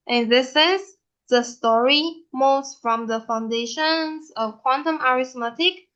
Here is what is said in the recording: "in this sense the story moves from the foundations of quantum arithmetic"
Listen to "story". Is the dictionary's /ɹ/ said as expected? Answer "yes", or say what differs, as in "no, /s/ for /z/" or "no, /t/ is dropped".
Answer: yes